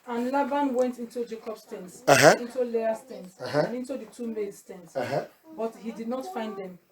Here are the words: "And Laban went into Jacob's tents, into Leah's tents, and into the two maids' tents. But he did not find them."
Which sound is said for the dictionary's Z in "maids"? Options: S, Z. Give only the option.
S